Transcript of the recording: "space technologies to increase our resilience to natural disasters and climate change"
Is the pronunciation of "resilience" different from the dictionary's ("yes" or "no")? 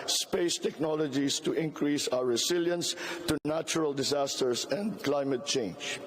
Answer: yes